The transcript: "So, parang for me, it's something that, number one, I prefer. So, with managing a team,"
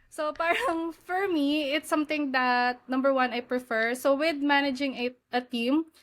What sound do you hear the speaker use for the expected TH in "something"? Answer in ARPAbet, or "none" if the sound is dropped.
T